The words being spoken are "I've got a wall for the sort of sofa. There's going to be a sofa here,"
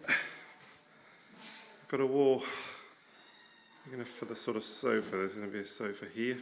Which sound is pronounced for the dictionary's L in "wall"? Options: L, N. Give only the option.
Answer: N